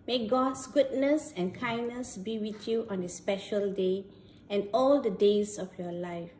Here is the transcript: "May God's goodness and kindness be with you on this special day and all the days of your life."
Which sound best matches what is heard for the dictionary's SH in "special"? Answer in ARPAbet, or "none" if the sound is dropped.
SH